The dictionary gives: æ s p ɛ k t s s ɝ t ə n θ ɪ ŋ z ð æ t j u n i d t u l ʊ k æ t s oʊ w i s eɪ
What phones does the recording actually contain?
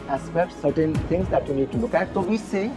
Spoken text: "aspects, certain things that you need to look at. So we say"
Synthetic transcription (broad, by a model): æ s p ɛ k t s s ɝ t ə n t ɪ ŋ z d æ t j u n i d t u l ʊ k æ t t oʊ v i s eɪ